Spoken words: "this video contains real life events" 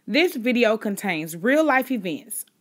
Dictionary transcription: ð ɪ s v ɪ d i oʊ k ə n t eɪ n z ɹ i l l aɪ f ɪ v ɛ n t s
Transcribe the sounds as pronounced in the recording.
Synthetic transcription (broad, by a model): ð ɪ s v ɪ d i oʊ k ə n t eɪ n z ɹ i l l aɪ f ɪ v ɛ n t s